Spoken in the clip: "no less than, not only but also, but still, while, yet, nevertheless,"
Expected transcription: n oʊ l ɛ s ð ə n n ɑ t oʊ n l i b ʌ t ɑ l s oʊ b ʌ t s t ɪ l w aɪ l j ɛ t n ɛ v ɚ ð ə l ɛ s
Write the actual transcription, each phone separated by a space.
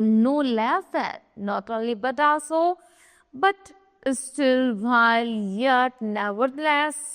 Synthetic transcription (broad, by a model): n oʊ l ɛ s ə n n ɑ t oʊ l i b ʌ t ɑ s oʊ b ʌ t s t ɪ l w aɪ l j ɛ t n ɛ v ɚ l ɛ s